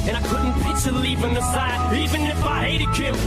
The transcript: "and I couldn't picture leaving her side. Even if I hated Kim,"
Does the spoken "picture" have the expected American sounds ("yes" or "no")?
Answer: no